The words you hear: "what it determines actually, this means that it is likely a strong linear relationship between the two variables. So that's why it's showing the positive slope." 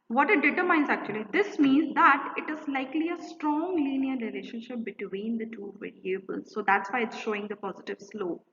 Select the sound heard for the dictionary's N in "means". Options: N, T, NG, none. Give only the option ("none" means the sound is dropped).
N